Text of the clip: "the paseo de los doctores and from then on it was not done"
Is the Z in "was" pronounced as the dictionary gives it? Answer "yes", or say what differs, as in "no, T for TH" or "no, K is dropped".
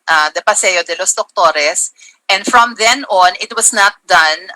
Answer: no, S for Z